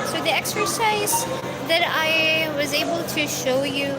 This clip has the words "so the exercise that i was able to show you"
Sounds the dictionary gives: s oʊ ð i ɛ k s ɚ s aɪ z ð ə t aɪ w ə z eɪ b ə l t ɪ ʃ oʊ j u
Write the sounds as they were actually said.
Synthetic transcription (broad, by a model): s oʊ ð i ɛ k s ɚ s aɪ z ð ə t aɪ w ə z eɪ b ə l t ɪ ʃ oʊ j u